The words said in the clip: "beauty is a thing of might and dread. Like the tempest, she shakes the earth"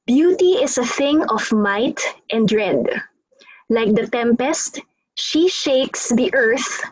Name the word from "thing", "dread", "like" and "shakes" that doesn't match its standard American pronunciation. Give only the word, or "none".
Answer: none